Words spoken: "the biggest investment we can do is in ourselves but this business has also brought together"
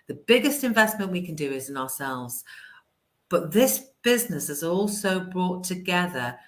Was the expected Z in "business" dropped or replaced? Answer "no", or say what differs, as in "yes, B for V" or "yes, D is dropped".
no